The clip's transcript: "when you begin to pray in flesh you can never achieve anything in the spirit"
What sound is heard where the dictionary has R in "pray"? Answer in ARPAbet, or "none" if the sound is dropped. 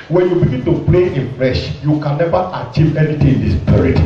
L